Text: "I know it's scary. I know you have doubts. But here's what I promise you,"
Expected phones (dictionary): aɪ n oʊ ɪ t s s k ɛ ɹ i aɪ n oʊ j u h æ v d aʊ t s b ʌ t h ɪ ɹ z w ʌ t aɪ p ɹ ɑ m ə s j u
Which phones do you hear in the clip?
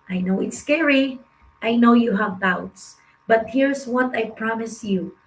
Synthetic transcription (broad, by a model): aɪ n oʊ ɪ t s s k ɛ ɹ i aɪ n oʊ j u h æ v d aʊ t s b ʌ t h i ɹ s w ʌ t aɪ p ɹ ɑ m ə s j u